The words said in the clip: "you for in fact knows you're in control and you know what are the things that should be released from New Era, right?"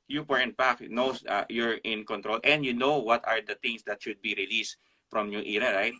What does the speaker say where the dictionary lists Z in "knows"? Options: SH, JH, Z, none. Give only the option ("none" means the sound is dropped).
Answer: none